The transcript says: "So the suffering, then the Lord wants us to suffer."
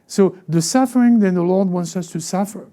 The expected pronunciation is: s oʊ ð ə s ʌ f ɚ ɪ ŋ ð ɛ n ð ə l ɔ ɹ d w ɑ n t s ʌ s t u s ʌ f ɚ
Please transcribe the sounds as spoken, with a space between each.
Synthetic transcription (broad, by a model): s oʊ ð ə s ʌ f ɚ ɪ ŋ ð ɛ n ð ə l ɔ ɹ d w ɑ n t s ʌ s t u s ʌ f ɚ